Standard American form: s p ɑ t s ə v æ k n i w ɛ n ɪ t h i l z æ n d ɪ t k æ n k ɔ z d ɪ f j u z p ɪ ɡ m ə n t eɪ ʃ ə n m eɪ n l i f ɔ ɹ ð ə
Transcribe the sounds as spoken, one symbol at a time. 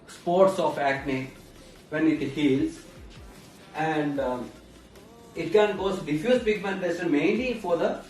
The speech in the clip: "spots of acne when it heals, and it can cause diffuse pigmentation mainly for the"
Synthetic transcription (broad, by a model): s p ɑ t s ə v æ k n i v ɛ n ɪ t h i l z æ n d ɪ t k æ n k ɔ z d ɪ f j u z b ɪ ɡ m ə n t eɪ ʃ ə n m eɪ n l i f ɔ ɹ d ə